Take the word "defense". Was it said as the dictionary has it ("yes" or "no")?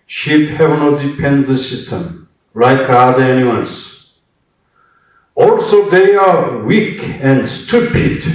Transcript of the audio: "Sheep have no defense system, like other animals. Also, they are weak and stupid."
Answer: no